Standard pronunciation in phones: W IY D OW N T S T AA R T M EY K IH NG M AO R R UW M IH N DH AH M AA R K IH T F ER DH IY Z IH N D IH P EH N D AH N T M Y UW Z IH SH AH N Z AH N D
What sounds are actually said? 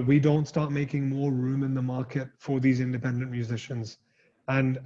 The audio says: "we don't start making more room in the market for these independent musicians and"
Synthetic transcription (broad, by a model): W IY D OW N T S T AA R T M EY K IH NG M AO R R UW M IH N DH AH M AA R K IH T F ER DH IY Z IH N D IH P EH N D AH N M Y UW Z IH SH AH N Z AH N